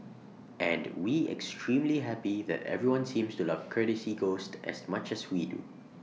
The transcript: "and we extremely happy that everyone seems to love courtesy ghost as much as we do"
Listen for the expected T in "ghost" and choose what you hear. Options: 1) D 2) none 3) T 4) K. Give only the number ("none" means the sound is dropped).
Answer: 3